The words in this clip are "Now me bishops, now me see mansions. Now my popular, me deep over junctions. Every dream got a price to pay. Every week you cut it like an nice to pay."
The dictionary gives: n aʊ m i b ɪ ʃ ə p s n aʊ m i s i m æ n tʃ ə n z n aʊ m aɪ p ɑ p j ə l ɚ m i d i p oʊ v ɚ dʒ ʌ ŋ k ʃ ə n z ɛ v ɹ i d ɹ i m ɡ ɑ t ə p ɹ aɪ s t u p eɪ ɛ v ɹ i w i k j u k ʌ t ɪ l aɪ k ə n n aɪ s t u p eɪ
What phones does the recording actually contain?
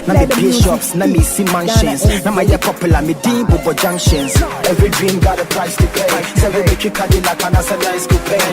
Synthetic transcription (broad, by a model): n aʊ m i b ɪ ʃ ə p s n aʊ m i s i m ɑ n ʃ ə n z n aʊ m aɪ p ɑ p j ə l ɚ m i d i b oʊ b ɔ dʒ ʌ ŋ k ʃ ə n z ɛ v ɹ i d ɹ i m ɡ ɑ t ə p ɹ aɪ s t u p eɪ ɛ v i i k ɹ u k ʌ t ɪ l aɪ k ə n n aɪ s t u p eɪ